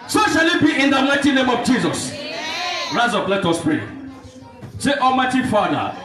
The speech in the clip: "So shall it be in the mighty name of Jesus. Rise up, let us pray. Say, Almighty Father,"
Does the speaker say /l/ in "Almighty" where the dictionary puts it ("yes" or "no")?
no